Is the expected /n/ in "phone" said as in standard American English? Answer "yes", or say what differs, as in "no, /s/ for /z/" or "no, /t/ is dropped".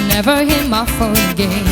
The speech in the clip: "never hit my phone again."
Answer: no, /l/ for /n/